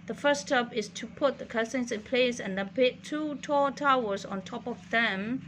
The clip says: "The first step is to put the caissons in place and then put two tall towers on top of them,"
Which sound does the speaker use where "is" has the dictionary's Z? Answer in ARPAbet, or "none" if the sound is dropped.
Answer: S